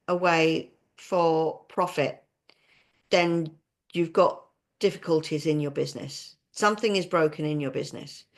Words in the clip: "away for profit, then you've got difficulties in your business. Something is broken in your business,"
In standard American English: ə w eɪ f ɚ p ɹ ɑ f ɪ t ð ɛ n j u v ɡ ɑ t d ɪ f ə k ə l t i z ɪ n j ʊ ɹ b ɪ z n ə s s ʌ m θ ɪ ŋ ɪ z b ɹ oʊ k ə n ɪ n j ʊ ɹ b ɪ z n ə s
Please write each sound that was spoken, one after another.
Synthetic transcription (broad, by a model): ə w eɪ f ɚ p ɹ ɑ f ɪ t ð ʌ n j u v ɡ ɑ t d ɪ f ə k ə l t i z ɪ n j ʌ b ɪ z n ə s s ʌ m θ ɪ ŋ ɪ z b ɹ oʊ k ə n ɪ n j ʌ b ɪ z n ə s